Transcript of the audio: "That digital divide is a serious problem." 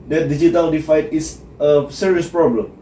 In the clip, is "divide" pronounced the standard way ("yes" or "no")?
no